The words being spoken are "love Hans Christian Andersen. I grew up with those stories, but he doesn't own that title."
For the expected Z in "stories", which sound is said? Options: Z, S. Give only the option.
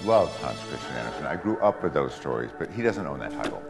Z